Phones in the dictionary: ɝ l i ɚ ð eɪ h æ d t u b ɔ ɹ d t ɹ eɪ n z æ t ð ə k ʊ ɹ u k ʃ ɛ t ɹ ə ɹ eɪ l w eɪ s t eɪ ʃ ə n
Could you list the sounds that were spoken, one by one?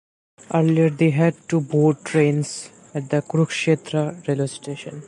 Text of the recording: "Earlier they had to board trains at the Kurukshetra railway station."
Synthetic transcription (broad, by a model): ɝ l i ɚ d eɪ h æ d t u b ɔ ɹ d t ɹ eɪ n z æ t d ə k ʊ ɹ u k ʃ ɛ t ɹ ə ɹ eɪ l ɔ s t eɪ ʃ ə n